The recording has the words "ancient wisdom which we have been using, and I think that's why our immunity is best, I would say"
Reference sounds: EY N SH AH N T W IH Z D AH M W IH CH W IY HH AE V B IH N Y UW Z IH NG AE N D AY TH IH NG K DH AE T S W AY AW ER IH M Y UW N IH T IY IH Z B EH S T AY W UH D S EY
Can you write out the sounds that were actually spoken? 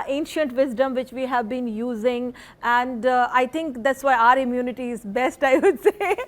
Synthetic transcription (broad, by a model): EY N SH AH N T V IH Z D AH M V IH CH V IY HH AE V B IH N Y UW Z IH NG AE N D AY T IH NG K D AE T S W AY AW ER IH M Y UW N IH T IY IH Z B EH S T AY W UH D S EY